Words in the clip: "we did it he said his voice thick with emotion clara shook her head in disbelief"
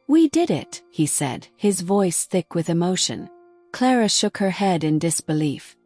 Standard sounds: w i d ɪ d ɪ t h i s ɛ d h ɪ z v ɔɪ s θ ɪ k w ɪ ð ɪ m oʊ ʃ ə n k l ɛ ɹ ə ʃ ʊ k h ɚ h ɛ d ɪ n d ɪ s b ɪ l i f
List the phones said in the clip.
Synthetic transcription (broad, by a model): w i d ɪ d ɪ t h i s ɛ d h ɪ z v ɔɪ s θ ɪ k w ɪ ð ɪ m oʊ ʃ ə n k l ɛ ɹ ə ʃ ʊ k h ɚ h ɛ d ɪ n d ɪ s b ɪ l i f